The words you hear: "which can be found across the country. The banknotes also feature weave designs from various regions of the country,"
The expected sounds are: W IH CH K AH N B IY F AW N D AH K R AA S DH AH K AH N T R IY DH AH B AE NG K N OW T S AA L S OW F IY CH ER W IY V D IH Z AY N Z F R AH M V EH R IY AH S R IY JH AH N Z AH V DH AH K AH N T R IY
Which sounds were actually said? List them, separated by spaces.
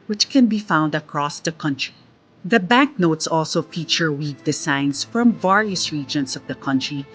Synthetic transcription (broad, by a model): W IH CH K AH N B IY F AW N D AH K R AA S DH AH K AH N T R IY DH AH B AE NG K N OW T S AA L S OW F IY CH ER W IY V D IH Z AY N S F R AH M V EH R IY AH S R IY JH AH N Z AH V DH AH K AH N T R IY